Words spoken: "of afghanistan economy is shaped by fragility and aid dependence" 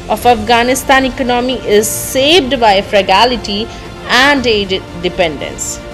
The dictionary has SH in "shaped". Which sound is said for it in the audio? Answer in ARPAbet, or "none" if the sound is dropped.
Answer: S